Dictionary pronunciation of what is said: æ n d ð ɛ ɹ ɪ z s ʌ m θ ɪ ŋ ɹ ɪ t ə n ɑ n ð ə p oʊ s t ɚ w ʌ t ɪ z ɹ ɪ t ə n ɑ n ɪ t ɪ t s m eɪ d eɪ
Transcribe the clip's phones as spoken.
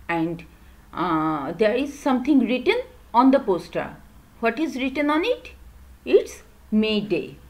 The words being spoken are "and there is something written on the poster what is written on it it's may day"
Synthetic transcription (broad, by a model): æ n d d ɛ ɹ ɪ z s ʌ m t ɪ ŋ ɹ ɪ t ə n ɑ n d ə p oʊ s t ɚ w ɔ t ɪ z ɹ ɪ t ə n ɑ n ɪ t ɪ t s m eɪ d eɪ